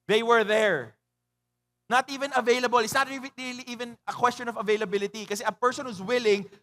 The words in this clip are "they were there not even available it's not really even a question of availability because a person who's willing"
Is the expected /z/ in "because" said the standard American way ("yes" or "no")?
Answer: no